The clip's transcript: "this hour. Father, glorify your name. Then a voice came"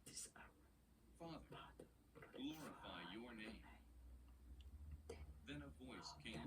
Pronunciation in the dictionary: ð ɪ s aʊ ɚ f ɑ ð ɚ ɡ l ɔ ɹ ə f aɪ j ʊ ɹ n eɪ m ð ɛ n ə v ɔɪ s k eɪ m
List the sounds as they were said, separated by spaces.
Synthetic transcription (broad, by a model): f ɑ ð ɚ ɡ l ɔ ɹ ə f aɪ j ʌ ɹ n eɪ m ð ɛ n ə v ɔɪ s k eɪ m